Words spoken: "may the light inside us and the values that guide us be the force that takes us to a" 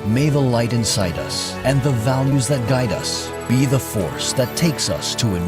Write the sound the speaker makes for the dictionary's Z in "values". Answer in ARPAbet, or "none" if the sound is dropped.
Z